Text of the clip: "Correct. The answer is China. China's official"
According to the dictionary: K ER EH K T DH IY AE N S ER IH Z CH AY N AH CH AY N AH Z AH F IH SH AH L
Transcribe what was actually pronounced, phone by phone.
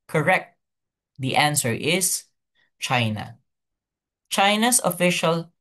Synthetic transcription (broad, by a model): K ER EH K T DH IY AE N S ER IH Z CH AY N AH CH AY N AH S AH F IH SH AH L